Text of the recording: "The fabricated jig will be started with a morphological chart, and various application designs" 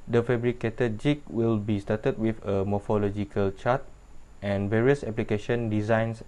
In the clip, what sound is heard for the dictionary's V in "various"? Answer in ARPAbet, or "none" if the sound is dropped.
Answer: V